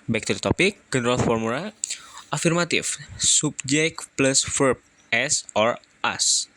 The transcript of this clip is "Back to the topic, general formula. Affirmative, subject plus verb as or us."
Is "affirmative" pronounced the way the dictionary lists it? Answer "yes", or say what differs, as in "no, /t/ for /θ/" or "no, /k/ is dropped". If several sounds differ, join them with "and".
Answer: no, /f/ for /v/